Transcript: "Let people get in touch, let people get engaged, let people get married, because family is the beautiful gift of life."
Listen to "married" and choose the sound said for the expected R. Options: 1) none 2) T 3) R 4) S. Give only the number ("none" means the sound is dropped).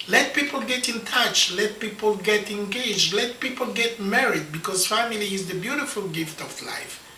3